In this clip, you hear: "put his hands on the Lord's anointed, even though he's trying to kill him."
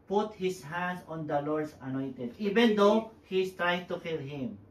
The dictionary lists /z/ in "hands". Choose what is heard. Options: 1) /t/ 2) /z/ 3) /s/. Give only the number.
3